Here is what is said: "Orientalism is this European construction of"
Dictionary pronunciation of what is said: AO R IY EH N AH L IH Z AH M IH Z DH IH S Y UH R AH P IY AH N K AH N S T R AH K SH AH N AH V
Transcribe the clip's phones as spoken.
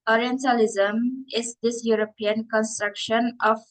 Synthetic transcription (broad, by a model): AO R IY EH N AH L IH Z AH M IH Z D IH S Y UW R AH P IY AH N K AH N S T R AH K SH AH N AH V